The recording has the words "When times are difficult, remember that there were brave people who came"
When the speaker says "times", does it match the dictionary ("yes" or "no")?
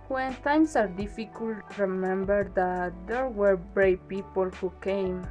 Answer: no